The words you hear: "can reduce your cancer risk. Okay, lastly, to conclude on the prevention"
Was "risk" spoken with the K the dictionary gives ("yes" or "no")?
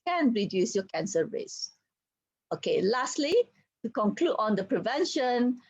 no